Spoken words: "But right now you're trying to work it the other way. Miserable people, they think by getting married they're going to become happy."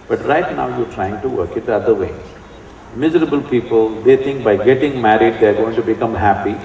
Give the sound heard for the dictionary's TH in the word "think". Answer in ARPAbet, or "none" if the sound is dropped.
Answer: T